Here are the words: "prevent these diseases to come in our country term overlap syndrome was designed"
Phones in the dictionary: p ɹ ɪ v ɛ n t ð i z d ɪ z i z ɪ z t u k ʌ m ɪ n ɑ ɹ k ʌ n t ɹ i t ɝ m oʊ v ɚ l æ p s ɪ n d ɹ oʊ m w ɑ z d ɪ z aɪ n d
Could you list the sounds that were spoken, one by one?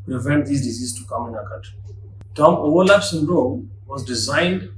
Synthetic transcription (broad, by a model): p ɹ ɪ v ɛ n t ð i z d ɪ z i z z t u k ʌ m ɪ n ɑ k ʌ t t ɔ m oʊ w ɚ l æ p s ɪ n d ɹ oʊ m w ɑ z d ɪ z aɪ n d